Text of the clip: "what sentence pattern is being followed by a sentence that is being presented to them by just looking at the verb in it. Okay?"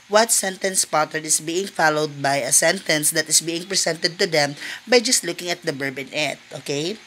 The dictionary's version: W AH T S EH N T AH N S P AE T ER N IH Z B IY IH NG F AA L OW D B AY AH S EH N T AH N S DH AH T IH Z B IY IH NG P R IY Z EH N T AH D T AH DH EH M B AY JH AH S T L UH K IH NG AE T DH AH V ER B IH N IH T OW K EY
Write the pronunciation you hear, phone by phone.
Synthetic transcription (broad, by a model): W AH T S EH N T AH N S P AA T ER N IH S B IY IH NG F AA L OW D B AY AH S EH N T AH N S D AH T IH S B IY IH NG P R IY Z EH N T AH D T AH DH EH M B AY JH AH S T L UH K IH NG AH T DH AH B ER B IH N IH T OW K EY